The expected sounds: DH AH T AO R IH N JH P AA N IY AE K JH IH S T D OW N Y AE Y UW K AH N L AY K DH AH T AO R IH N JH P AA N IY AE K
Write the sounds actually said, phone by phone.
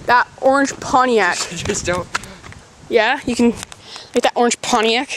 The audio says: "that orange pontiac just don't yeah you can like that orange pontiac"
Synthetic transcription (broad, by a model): DH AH T AO R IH N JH P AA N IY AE K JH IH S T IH L Y AE Y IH K AH N L AY K DH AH T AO R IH N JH P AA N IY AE K